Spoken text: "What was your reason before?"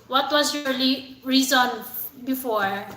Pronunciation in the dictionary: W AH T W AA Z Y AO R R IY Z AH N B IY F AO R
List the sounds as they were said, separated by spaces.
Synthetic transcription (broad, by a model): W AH T W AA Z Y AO L R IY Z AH N B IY F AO R